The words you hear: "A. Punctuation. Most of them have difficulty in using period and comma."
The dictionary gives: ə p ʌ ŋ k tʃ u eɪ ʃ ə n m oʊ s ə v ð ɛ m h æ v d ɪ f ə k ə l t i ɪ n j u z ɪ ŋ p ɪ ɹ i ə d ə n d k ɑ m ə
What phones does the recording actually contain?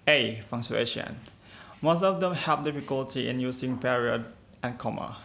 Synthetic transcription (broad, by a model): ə f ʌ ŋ tʃ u eɪ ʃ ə n m oʊ s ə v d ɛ m h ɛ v d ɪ f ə k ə l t i ɪ n j u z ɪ ŋ p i ɹ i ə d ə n k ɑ m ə